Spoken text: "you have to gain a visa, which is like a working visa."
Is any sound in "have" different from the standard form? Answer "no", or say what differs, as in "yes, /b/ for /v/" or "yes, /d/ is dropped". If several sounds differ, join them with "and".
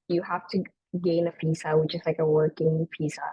yes, /f/ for /v/